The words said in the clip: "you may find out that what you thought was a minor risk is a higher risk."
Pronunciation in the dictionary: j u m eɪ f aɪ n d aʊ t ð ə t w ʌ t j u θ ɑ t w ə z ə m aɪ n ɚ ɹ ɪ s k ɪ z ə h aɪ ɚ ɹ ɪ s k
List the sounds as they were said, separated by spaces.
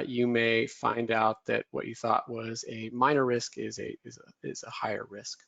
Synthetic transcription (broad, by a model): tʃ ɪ m eɪ f aɪ n d aʊ t ð ə t w ʌ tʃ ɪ θ ɑ t w ə z ə m aɪ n ɚ ɹ ɪ s k ɪ z ə h aɪ ɚ ɹ ɪ s k